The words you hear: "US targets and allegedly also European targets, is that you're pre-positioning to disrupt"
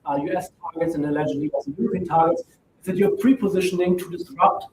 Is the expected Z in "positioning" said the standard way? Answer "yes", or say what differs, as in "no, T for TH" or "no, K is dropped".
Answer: yes